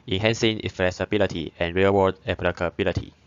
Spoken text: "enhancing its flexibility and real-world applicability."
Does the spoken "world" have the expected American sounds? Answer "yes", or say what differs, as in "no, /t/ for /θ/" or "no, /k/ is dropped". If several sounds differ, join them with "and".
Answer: no, /l/ is dropped